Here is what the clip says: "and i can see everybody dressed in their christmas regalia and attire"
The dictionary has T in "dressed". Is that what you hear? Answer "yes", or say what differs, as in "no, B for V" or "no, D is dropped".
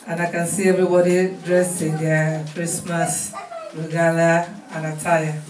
no, T is dropped